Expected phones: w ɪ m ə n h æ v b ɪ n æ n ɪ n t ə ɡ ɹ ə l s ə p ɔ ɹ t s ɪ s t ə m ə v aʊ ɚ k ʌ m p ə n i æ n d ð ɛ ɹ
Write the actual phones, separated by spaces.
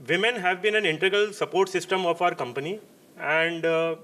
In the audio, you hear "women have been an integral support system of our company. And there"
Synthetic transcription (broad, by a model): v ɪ m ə n h æ v b ɪ n æ n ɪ n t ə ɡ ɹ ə l s ə p ɔ ɹ t s ɪ s t ə m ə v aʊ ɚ k ʌ m p ə n i æ n d